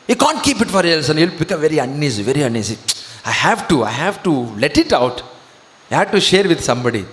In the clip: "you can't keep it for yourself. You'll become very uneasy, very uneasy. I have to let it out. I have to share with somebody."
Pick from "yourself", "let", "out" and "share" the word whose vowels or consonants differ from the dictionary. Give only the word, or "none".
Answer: yourself